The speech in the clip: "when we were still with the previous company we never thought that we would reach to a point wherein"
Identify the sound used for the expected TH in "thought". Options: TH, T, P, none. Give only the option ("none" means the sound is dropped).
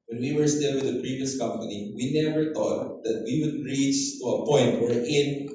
T